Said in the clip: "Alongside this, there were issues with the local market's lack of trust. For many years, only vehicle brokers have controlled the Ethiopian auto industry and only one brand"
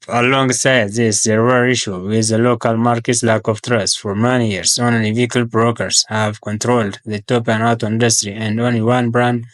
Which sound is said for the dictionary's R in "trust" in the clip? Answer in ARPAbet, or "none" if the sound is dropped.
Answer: R